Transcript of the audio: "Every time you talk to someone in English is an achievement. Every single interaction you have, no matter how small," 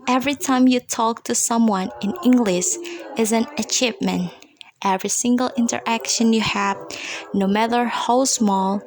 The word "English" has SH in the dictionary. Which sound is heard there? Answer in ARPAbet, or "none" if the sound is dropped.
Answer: SH